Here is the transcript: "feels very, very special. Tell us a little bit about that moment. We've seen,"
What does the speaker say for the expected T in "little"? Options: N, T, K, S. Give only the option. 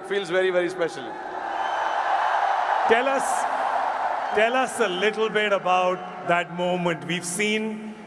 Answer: S